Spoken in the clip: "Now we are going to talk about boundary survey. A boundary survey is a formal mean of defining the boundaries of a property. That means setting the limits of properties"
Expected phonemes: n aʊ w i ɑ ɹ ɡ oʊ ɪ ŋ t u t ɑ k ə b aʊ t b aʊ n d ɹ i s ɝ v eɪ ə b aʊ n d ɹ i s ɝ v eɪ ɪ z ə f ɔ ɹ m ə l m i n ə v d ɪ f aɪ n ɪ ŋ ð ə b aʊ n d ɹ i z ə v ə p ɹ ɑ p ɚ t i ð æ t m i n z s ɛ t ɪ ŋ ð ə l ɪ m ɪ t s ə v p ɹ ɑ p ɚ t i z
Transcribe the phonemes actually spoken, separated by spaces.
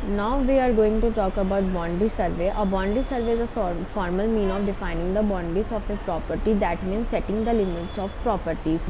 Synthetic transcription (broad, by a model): n aʊ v i ɑ ɹ ɡ oʊ ɪ ŋ t u t ɑ k ə b aʊ t b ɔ n d i s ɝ v eɪ ə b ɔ n d i s ɝ v eɪ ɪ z ə f ɔ ɹ m ə l m i n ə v d ɪ f aɪ n ɪ ŋ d ə b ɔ n d i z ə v ə p ɹ ɑ p ɚ t i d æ t m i n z s ɛ t ɪ ŋ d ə l ɪ m ɪ t s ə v p ɹ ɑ p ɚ t i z